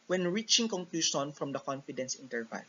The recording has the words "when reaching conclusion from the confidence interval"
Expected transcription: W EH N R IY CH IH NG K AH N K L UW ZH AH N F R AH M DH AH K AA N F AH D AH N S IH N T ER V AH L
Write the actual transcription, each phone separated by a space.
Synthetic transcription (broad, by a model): W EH N R IY CH IH NG K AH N K L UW SH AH N F R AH M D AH K AA N F AH D AH N S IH N T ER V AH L